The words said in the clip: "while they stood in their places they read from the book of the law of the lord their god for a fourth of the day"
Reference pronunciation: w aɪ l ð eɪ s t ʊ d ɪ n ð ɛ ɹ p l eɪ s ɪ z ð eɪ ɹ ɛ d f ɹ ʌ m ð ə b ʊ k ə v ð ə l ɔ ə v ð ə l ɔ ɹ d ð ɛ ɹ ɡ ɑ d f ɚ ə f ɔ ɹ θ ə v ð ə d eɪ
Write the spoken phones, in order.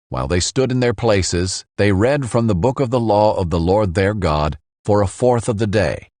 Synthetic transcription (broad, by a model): w aɪ l ð eɪ s t ʊ d ɪ n ð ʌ ɹ p l eɪ s ɪ z ð eɪ ɹ ɛ d f ɹ ʌ m ð ə b ʊ k ə v ð ə l ɔ ə v ð ə l ɔ ɹ d ð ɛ ɹ ɡ ɑ d f ɚ ə f ɔ ɹ θ ə v ð ə d eɪ